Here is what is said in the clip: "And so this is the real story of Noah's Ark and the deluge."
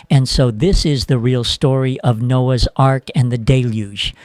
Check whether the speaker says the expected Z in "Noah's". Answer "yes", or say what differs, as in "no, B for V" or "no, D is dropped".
yes